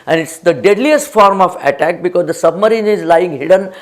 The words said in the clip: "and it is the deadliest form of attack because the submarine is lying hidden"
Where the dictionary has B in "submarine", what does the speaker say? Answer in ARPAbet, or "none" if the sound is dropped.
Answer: B